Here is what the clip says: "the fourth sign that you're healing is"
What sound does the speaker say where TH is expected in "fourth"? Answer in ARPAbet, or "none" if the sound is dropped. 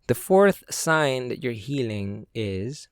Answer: TH